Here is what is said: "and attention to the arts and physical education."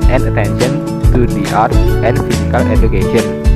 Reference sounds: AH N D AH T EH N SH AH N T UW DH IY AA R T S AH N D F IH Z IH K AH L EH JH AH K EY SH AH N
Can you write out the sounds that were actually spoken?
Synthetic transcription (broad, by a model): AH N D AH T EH N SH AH N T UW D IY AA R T AH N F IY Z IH K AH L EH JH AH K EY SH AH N